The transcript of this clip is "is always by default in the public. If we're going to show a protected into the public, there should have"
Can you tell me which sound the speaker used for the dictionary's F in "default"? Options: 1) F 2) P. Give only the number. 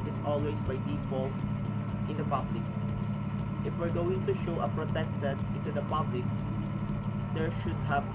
2